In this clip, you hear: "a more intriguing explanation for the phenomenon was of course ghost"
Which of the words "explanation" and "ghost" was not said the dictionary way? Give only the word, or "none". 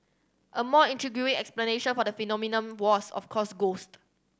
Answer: none